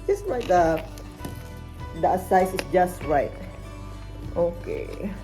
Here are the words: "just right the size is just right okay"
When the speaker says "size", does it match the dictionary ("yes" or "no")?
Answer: no